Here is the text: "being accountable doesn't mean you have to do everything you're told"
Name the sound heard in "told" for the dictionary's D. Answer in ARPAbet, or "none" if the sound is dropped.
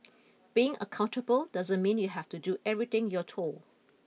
none